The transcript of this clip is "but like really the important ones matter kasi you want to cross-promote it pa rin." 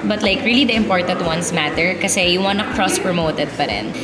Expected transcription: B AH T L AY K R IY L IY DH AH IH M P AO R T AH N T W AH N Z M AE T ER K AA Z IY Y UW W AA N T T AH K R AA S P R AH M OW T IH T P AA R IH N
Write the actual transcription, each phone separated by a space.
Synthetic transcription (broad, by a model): B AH T L AY K R IY L IY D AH IH M P AO R T AH N T W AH N S M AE T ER K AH S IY Y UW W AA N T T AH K R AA S P R AH M OW T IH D P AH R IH N